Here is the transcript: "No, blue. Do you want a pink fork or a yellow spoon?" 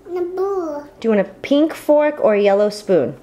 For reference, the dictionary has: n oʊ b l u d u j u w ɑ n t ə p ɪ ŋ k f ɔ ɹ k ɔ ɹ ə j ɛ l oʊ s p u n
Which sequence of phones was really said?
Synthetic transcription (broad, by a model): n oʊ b u d u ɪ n ə p ɪ ŋ k f ɔ ɹ k ɔ ɹ j ɛ l oʊ s p u n